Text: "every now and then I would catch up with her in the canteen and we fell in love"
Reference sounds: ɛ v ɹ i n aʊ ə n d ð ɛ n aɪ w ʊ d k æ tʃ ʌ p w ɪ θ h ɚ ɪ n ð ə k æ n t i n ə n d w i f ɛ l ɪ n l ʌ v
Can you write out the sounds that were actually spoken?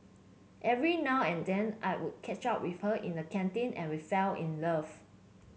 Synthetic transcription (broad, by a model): ɛ v ɹ i n aʊ ə n d ɛ n aɪ w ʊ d k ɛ tʃ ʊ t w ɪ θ h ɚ ɪ n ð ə k æ n t i n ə n w i f ɛ l ɪ n l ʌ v